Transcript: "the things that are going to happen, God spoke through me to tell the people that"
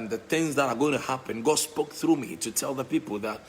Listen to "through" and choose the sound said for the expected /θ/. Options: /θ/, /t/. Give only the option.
/θ/